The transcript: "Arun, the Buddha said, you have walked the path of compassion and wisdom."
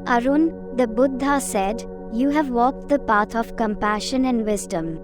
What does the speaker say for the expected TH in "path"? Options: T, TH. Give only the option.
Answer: T